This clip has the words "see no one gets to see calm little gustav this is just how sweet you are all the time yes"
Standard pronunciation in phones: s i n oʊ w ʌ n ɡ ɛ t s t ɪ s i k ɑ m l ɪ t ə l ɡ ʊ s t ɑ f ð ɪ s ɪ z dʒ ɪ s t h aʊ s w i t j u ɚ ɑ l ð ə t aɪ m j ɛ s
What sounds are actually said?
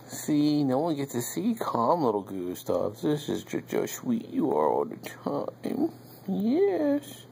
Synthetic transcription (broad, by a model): s i n oʊ w ʌ n ɡ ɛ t t ɪ s i k ɑ m l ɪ t l ɡ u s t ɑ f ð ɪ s ɪ z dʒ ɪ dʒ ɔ ʃ w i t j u ɚ ɑ l ð ə t aɪ m j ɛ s